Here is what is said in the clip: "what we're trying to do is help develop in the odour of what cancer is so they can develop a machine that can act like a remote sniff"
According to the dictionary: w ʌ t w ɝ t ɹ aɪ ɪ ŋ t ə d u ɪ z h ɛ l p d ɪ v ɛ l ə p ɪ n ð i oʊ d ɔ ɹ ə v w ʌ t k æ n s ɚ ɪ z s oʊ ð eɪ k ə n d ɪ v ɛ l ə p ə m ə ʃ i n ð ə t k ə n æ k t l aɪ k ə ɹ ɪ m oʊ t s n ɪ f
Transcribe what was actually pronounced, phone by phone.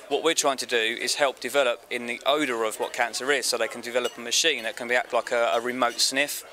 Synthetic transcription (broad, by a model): w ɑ t w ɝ t ɹ aɪ ɪ ŋ t ə d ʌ ɪ z h ɛ l p d ɪ v ɛ l ə p ɪ n ð i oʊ d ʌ ɹ ə v w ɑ t k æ n s ɚ ɪ z s oʊ ð eɪ k ə n d ɪ v ɛ l ə p ə m ə ʃ i n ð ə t k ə n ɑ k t l aɪ k ə ɹ ɪ m oʊ t s n ɪ f